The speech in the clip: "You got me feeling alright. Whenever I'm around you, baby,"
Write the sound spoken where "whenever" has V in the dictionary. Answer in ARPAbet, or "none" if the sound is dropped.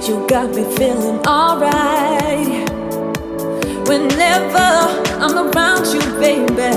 V